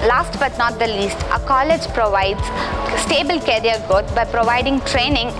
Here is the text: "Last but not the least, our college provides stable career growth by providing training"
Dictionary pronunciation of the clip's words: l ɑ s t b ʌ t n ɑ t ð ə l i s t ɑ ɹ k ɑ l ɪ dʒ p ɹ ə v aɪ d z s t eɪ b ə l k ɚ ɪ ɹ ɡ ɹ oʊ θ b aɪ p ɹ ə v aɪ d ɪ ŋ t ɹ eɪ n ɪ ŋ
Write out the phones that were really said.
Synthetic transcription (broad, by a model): l ɑ s t b ʌ t n ɑ t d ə l i s t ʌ k ɑ l ɪ dʒ p ɹ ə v aɪ d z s t eɪ b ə l k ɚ ɹ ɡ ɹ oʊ t b aɪ p ɹ ə v aɪ d ɪ ŋ t ɹ eɪ n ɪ ŋ